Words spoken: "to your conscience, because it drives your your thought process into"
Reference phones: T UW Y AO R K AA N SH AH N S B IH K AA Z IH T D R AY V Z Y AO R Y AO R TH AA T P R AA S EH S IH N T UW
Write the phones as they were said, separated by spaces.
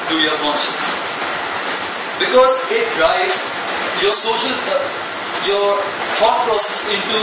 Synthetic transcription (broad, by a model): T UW Y AO R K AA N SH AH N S B IH K AA Z IH T D R AY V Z Y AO R Y AO R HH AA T P R AA S EH S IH N T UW